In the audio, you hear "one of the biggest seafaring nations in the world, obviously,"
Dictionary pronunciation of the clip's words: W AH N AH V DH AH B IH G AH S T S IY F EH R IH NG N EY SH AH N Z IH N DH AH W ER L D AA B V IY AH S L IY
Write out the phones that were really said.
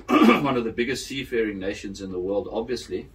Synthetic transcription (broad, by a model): W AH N AH V DH AH B IH G AH S T S IY F EH R IH NG N EY SH AH N Z IH N DH AH W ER L D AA B V IY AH S L IY